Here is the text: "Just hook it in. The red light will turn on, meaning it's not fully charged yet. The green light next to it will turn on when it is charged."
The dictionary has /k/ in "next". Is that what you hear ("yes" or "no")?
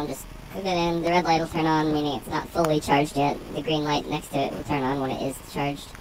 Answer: yes